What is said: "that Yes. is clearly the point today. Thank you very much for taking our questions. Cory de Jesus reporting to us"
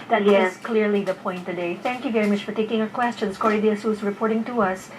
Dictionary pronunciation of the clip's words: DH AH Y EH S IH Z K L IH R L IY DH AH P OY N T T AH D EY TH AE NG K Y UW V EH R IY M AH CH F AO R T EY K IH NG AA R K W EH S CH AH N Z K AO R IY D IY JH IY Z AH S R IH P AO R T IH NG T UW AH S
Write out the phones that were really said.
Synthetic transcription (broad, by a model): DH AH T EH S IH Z K L IH R L IY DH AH P OY N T T AH D EY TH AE NG K Y UW V EH R IY M AH CH F AO R T EY K IH NG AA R K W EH S CH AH N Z K AO R IY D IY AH S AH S R IH P AO R T IH NG T UW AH S